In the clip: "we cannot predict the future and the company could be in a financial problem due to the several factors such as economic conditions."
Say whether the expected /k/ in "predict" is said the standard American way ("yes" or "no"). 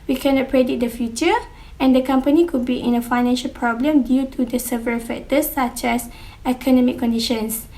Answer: no